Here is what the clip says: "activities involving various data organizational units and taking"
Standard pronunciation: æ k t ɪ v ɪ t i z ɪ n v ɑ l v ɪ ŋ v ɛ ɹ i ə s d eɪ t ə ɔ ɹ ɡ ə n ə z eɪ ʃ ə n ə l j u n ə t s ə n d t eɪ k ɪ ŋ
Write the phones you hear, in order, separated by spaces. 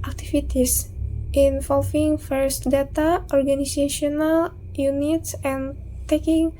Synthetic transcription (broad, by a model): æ k t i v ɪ t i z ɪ n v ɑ l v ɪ ŋ f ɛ ɹ s d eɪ t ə ɔ ɹ ɡ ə n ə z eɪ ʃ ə n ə l j u n ə t s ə n t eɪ k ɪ ŋ